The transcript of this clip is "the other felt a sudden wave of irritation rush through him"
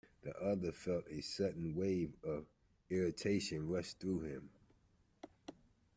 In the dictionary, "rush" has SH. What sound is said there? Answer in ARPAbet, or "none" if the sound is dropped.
S